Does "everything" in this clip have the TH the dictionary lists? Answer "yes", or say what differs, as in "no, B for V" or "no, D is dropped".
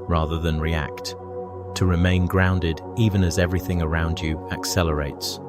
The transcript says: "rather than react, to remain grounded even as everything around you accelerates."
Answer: yes